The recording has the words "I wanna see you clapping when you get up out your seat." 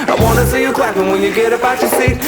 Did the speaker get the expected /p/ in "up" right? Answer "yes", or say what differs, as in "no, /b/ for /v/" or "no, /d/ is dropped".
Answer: no, /b/ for /p/